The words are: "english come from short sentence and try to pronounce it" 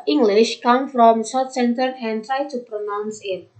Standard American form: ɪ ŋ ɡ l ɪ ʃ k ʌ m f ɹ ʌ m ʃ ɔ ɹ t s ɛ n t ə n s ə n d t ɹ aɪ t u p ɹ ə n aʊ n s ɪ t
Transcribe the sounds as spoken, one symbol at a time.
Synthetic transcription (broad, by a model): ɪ ŋ ɡ l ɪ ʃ k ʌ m f ɹ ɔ m s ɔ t s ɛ n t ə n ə n t ɹ aɪ t u p ɹ ə n aʊ n s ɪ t